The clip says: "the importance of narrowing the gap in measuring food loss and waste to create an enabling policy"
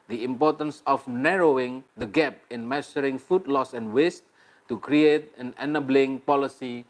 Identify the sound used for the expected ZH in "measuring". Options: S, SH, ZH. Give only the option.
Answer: S